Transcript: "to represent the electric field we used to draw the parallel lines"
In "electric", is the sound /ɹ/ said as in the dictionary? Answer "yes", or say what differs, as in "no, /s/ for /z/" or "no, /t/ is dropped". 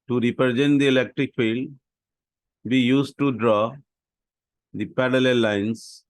yes